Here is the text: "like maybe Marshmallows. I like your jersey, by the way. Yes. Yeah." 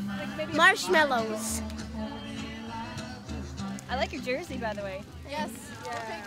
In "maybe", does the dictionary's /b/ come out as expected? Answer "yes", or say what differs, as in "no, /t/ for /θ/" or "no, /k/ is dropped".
no, /b/ is dropped